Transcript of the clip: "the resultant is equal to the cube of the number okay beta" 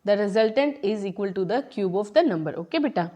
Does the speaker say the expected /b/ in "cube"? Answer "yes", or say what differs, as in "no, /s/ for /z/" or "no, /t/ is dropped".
yes